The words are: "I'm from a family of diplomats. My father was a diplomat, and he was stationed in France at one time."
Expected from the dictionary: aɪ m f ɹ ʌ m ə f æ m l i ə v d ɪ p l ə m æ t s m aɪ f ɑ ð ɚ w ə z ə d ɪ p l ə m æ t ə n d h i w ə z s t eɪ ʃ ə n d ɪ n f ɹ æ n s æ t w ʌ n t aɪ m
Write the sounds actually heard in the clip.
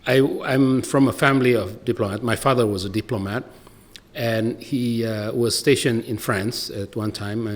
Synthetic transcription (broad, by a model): aɪ m f ɹ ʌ m ə f æ m l i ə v d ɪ p l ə m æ t m aɪ f ɑ ð ɚ w ə z ə d ɪ p l ə m æ t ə n h i w ə z s t eɪ ʃ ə n ɪ n f ɹ æ n s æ t w ʌ n t aɪ m